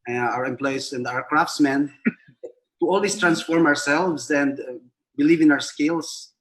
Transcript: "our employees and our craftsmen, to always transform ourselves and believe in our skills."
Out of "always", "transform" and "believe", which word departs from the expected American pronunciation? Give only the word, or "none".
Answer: always